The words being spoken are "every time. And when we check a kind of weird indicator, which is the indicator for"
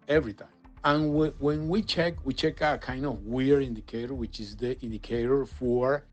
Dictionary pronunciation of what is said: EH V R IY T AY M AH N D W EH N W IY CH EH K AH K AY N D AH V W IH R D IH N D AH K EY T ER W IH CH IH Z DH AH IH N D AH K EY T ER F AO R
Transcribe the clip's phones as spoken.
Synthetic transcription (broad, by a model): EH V R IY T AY AH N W W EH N W IY CH EH K AH K AY N D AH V W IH R IH N D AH K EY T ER W IH CH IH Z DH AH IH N D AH K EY T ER F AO R